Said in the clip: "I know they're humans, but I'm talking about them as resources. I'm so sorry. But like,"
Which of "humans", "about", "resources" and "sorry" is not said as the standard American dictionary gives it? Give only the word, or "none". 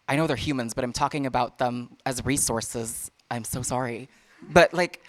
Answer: none